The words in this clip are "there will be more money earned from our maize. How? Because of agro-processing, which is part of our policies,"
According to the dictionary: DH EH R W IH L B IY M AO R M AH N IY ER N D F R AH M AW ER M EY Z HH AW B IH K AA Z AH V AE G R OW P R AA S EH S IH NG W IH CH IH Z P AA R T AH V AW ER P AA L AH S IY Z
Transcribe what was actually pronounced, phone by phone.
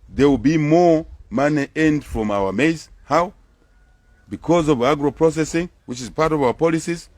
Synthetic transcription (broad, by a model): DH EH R W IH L B IY M AO R M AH N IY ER N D F R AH M AW ER M EY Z HH AW B IH K AA Z AH V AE G R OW P R AA S EH S IH NG W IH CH IH Z P AA R T AH V AW ER P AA L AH S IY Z